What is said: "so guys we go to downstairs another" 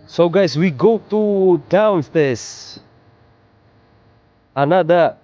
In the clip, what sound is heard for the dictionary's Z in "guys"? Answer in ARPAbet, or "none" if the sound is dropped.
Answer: S